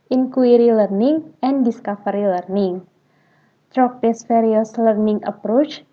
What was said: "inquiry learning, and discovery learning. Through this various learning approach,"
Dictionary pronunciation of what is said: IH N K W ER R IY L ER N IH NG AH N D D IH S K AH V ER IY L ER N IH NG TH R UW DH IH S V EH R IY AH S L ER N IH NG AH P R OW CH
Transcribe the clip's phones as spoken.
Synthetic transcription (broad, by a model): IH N K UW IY R IY L ER N IH NG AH N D D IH S K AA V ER IY L ER N IH NG T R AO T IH S F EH R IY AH S L ER N IH NG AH P R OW CH